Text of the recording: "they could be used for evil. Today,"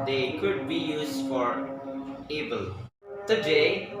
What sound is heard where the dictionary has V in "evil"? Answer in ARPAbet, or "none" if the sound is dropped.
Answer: B